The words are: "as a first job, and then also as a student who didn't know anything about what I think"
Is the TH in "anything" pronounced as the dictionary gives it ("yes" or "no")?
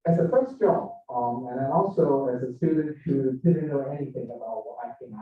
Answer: yes